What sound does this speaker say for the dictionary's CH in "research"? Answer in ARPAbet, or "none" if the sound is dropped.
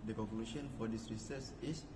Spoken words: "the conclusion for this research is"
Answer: S